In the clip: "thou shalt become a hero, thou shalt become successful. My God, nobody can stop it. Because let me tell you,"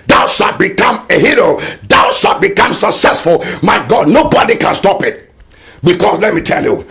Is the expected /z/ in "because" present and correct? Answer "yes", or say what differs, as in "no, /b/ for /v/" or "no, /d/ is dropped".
no, /s/ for /z/